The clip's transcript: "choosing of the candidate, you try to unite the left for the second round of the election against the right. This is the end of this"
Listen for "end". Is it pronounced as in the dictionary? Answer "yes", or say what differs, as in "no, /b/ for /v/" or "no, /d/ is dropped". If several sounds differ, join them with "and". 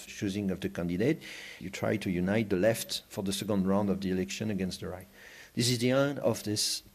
no, /d/ is dropped